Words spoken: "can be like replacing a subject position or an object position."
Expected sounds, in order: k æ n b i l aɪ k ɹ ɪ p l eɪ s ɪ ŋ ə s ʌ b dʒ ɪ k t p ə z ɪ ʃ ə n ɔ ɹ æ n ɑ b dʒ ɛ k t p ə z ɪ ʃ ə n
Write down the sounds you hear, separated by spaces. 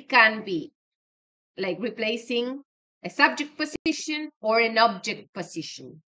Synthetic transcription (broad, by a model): k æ n b i l aɪ k ɹ ɪ p l eɪ s ɪ ŋ ə s ʌ b dʒ ɪ k t p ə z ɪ ʃ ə n ɔ ɹ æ n ɑ b dʒ ɛ k t p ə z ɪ ʃ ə n